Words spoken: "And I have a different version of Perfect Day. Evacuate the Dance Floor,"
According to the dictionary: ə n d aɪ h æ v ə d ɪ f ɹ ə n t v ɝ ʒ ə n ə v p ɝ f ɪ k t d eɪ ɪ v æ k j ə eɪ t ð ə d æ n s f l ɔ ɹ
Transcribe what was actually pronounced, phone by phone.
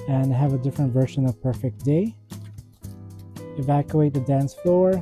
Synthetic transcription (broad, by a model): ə n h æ v ə d ɪ f ɹ ə n t v ɝ ʃ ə n ə v p ɝ f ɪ k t d eɪ ɪ v æ k j ə eɪ t ð ə d æ n s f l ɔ ɹ